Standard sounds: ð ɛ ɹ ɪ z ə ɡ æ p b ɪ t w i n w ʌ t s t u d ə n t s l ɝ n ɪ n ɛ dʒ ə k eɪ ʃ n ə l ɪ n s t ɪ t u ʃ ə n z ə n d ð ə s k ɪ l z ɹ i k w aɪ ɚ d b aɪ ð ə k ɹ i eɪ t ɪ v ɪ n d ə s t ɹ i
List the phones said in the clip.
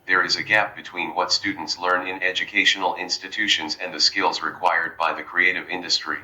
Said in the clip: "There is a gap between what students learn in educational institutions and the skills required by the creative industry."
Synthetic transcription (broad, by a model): ð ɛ ɹ ɪ z ə ɡ æ p b ɪ t w i n w ʌ t s t u d n t s l ɝ n ɪ n ɛ dʒ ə k eɪ ʃ n l ɪ n s t ɪ t u ʃ ə n z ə n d ð ə s k ɪ l z ɹ i k w aɪ ɚ d b aɪ ð ə k ɹ i eɪ t ɪ v ɪ n d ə s t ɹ i